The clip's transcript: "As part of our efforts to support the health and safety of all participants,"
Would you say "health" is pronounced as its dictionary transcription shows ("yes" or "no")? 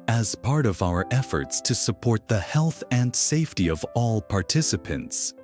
yes